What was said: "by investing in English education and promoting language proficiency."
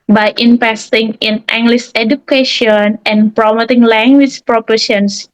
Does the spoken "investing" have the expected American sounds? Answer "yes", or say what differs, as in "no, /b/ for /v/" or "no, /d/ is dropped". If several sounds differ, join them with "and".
no, /p/ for /v/